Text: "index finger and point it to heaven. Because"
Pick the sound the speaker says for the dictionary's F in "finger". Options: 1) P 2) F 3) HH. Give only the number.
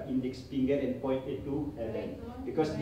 1